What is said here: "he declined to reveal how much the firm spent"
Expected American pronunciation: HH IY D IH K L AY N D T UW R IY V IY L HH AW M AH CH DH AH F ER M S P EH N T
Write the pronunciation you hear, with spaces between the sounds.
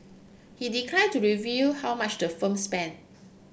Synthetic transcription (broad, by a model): HH IY D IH K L AY D T UW R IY V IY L HH AW M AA CH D AH F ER M S P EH N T